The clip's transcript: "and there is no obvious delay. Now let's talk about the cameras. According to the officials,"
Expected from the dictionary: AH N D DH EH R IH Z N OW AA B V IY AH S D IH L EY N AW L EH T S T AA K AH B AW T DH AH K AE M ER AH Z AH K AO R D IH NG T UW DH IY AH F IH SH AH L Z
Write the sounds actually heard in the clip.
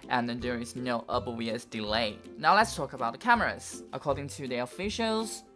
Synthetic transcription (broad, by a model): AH N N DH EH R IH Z N OW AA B W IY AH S D IH L EY N AW L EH T S T AA K AH B AW T DH AH K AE M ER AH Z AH K AO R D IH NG T UW DH IY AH F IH SH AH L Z